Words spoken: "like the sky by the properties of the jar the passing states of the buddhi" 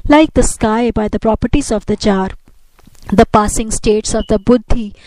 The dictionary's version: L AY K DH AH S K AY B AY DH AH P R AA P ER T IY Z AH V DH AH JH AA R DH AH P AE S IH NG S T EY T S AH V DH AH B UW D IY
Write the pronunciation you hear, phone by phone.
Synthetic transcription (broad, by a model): L AY K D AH S K AY B AY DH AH P R AA P ER T IY Z AH V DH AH CH AA R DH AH P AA S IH NG S T EY T S AH V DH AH B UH D IY